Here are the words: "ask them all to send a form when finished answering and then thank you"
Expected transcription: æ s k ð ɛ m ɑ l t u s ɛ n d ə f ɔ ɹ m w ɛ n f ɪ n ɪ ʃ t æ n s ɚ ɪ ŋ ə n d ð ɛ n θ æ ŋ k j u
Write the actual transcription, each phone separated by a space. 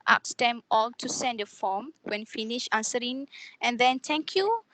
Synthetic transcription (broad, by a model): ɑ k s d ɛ m ɑ l t u s ɛ n d ə f ɔ m w ɛ n f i n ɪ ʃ ɑ n s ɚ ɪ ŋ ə n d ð ɛ n t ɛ ŋ k j u